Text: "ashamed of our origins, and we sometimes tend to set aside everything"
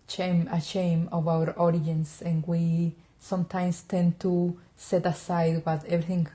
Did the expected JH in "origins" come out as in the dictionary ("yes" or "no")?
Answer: no